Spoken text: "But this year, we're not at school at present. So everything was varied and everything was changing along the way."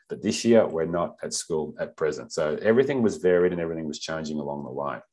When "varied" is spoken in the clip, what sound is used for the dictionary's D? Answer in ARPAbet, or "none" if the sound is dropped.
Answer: D